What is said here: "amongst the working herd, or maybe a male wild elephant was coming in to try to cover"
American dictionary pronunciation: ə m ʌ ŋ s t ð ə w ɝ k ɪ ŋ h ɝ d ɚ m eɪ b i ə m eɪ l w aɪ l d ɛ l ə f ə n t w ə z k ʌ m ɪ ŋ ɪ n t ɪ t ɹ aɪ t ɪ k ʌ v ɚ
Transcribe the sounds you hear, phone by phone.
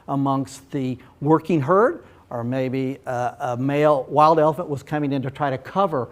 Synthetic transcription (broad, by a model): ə m ʌ ŋ s t ð ə w ɝ k ɪ ŋ h ɝ d ɚ m eɪ b i ə m eɪ l w aɪ l d ɛ l ə f ə n t w ə z k ʌ m ɪ ŋ ɪ n t ɪ t ɹ aɪ t ɪ k ʌ v ɚ